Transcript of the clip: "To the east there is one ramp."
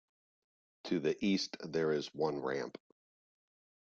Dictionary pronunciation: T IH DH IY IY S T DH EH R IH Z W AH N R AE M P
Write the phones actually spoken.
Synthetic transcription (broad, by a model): T IH DH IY IY S T DH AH R IH Z W AH N R AE M P